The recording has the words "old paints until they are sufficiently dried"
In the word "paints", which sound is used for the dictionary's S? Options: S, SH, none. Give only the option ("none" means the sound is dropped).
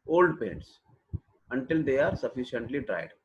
S